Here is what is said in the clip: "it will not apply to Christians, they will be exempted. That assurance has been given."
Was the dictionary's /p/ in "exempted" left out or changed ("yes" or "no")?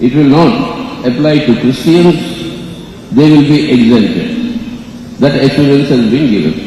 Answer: yes